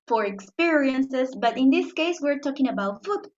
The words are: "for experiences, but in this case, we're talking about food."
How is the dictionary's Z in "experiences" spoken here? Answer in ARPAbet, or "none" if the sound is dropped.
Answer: S